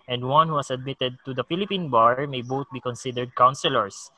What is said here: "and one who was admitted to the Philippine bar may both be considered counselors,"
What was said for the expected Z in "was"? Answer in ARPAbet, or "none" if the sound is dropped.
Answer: S